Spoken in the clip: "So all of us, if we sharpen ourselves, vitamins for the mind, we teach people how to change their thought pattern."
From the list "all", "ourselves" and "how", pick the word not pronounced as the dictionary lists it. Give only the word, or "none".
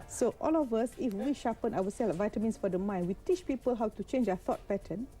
ourselves